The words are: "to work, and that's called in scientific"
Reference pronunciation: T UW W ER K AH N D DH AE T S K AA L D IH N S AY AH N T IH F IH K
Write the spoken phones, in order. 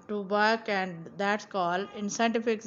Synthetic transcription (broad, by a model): T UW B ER K AH N D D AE T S K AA L IH N S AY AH N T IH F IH K